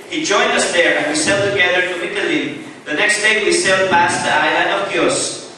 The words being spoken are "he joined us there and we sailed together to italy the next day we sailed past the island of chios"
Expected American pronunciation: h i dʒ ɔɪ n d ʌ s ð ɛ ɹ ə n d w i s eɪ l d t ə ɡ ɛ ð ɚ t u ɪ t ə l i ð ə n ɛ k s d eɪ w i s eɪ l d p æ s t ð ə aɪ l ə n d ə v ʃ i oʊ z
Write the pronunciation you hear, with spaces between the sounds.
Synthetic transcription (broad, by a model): h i dʒ ɔɪ n d ʌ s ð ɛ ɹ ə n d w i s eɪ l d t ə ɡ ɛ ð ɚ t u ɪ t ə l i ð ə n ɛ k s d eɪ w i s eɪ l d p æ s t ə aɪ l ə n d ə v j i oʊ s